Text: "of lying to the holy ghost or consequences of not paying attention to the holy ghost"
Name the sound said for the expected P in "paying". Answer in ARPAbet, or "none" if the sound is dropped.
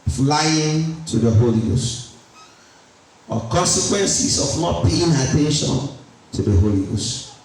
B